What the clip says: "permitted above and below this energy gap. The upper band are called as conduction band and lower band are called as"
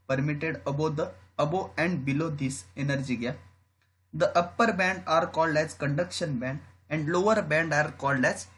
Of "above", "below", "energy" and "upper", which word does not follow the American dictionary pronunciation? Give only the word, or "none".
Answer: above